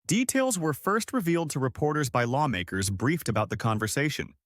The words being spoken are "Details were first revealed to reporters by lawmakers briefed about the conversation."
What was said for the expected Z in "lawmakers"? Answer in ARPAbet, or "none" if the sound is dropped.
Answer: Z